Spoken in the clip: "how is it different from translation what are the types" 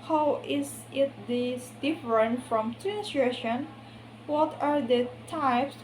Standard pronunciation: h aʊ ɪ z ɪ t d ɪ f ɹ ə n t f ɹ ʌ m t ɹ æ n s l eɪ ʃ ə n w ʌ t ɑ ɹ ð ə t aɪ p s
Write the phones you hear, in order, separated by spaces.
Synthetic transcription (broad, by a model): h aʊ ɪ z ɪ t d ɪ f ɹ ə n t f ɹ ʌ m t æ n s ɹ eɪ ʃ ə n w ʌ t ɑ ɹ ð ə t aɪ p s